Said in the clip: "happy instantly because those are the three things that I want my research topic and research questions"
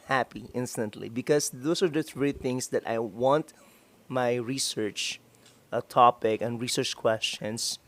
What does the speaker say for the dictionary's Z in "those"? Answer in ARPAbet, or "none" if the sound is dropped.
S